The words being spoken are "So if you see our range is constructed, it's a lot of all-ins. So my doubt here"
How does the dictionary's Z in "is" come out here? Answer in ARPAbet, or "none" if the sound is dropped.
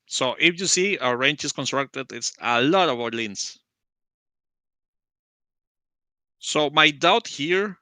S